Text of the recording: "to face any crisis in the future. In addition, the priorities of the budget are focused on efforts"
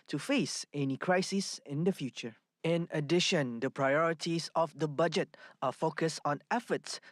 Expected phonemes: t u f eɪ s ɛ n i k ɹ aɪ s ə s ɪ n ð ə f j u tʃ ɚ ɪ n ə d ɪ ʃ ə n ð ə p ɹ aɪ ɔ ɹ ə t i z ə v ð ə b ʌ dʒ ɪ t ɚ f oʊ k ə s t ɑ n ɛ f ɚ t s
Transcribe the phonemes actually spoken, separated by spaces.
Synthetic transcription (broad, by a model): t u f eɪ s ɛ n i k ɹ aɪ s ə s ɪ n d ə f j u tʃ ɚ ɪ n ə d ɪ ʃ ə n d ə p ɹ aɪ ɔ ɹ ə t i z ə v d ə b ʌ dʒ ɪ t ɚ f oʊ k ə s t ɑ n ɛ f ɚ t s